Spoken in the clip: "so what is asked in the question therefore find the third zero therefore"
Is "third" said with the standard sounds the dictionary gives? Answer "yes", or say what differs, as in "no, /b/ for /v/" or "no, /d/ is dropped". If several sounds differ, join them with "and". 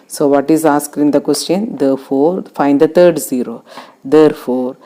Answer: no, /t/ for /θ/